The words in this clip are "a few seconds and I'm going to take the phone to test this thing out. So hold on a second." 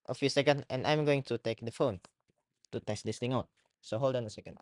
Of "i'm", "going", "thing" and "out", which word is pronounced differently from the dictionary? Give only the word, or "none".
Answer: thing